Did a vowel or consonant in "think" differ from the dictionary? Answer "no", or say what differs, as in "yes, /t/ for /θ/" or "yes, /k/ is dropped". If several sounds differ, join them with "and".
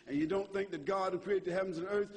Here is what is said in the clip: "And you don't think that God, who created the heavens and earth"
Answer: no